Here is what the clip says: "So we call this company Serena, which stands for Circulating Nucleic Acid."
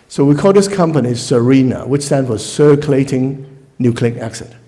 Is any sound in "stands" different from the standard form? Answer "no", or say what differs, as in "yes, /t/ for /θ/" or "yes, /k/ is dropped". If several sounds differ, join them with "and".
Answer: yes, /z/ is dropped